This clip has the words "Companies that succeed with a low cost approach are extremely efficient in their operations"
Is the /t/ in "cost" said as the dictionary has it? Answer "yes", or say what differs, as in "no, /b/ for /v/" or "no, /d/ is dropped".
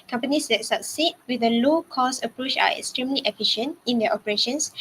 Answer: no, /t/ is dropped